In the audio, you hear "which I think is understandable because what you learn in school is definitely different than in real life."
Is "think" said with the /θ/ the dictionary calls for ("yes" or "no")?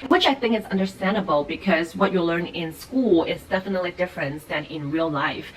yes